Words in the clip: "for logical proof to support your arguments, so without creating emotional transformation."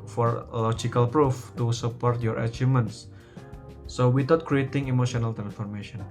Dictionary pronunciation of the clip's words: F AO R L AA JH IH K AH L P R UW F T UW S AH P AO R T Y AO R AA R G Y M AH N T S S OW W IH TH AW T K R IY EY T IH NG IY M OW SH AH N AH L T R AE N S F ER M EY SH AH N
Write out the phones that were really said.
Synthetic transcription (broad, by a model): F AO R L AA JH IH K AH L P R UW F T UW S AH P AO R T Y AO R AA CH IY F M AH N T S S OW W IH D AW T K R IY EY T IH NG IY M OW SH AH N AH L T R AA N S F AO M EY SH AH N